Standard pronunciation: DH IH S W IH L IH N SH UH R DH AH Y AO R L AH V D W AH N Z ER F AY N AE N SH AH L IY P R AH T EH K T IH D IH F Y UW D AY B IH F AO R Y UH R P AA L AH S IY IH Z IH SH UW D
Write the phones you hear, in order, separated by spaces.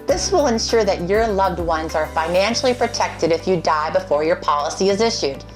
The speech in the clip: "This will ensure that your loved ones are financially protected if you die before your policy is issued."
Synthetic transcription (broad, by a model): DH IH S W IH L IH N SH UH R DH AH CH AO R L AH V D W AH N Z ER F AY N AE N SH L IY P R AH T EH K T IH D IH F Y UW D AY B IH F AO R Y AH R P AA L AH S IY IH Z IH SH UW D